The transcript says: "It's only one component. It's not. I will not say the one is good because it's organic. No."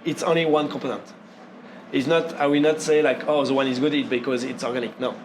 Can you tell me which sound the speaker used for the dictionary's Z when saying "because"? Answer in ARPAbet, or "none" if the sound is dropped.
Z